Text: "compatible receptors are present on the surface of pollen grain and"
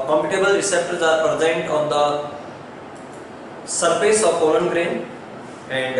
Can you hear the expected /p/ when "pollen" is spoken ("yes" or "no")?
no